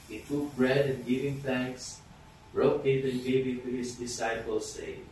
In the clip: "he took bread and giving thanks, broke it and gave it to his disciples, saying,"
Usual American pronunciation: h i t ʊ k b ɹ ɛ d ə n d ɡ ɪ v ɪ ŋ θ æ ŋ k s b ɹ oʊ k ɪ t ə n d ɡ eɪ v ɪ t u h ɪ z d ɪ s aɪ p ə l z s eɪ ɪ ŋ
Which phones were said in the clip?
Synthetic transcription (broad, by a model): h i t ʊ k b ɹ ɛ d ə n d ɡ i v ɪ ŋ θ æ ŋ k s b ɹ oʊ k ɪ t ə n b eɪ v ɪ t u h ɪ s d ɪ s aɪ p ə l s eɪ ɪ